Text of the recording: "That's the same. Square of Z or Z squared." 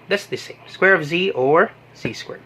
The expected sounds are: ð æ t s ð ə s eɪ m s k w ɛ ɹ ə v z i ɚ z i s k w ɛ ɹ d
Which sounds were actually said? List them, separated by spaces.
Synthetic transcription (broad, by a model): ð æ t s ð ə s eɪ m s k w ɛ ɹ ə v z i ɚ z i s k w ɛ ɹ